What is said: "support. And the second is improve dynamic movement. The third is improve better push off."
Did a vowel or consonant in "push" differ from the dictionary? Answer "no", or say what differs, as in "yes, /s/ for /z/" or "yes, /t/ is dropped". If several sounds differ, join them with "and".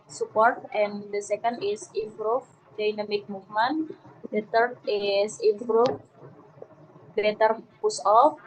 yes, /s/ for /ʃ/